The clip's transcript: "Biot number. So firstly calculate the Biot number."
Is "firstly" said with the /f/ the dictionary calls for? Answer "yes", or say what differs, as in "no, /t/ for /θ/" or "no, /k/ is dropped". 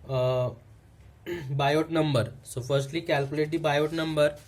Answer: yes